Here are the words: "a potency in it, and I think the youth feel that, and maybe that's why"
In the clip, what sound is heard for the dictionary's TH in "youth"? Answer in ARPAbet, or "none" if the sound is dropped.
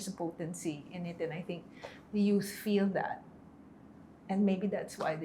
S